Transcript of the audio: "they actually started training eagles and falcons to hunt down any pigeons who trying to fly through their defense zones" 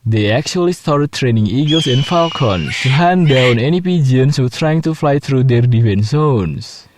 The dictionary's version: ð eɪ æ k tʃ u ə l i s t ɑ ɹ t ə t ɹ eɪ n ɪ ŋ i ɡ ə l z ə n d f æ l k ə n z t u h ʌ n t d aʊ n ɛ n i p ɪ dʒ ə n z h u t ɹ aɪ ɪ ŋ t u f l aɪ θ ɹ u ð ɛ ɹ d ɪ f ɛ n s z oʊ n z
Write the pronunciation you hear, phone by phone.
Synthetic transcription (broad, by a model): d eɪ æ k tʃ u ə l i s t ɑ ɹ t t ɹ eɪ n ɪ ŋ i ɡ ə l s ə n f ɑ l k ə n s t u h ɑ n d aʊ n ɛ n i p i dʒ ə n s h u t ɹ aɪ ɪ ŋ t u f l aɪ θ ɹ u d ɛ ɹ d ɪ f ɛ n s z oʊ n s